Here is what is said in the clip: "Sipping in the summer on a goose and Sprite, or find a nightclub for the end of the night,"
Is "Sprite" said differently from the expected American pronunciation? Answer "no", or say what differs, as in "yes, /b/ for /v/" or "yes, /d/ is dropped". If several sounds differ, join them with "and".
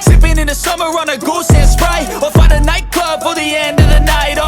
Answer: yes, /t/ is dropped